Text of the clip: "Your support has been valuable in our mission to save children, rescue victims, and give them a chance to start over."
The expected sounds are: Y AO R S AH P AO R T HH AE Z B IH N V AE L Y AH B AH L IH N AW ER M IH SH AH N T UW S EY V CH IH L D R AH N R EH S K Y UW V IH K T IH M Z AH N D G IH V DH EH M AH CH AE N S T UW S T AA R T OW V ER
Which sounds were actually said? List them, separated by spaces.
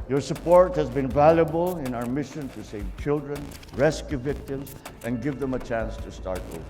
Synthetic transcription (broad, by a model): Y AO R S AH P AO R T HH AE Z B IH N V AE L Y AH B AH L IH N AW ER M IH SH AH N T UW S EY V CH IH L D R AH N R EH S K Y UW V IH K T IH M S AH N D G IH V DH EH M AH CH AE N S T UW S T AA R T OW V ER